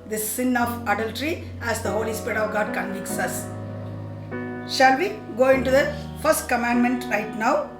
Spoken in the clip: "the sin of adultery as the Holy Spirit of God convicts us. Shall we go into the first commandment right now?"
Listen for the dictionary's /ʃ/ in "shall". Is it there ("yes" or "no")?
yes